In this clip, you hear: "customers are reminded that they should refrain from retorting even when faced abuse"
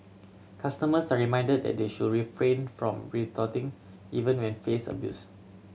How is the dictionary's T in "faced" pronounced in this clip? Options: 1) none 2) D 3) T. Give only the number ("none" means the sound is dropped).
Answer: 1